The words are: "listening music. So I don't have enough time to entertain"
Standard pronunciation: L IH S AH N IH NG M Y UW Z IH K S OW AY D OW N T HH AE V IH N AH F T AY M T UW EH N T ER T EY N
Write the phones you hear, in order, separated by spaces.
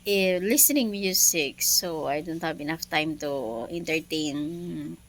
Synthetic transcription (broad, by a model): L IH S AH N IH NG M Y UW S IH K S OW AY D OW N T HH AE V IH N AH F T AY M T UW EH N T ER T EY N